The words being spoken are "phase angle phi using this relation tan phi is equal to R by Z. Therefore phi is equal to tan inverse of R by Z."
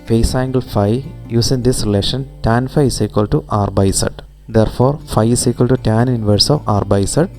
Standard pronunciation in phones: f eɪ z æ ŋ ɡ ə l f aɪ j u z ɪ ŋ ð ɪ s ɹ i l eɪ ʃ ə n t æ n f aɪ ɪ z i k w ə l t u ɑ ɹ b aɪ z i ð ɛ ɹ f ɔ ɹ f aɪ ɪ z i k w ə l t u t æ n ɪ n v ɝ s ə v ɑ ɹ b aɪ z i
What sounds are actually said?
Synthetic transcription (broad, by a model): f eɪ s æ ŋ ɡ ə l f aɪ j u s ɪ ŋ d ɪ s ɹ i l eɪ ʃ ə n t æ n f aɪ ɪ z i k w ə l t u ɑ ɹ b aɪ s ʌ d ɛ ɹ f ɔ ɹ f aɪ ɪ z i k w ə l t u t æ n ɪ n v ɝ s ə v ɑ ɹ b aɪ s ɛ